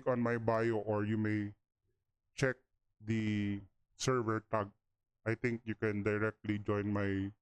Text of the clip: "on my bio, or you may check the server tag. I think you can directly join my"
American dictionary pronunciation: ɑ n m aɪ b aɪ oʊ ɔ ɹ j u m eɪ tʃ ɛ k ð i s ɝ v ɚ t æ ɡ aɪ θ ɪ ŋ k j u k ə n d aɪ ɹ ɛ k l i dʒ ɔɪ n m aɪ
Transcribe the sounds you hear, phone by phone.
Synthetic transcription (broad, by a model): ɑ n m aɪ b aɪ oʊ ɔ ɹ j u m eɪ tʃ ɛ k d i s ɝ v ɚ t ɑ ɡ aɪ t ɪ ŋ k j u k ə n d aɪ ɹ ɛ k l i dʒ ɔɪ n m aɪ